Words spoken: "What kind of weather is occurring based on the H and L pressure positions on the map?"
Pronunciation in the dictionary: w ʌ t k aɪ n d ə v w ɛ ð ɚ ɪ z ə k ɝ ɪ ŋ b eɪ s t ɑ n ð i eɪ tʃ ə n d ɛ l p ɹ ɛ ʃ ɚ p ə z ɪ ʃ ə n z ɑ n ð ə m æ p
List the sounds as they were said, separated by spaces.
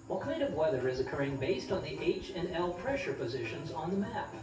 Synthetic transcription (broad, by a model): w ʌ t k aɪ n d ə v w ɛ ð ɚ ɪ z ə k ɝ ɪ ŋ b eɪ s t n ð i eɪ tʃ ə n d ɛ l p ɹ ɛ ʃ ɚ p ə z ɪ ʃ ə n z n ð ə m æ p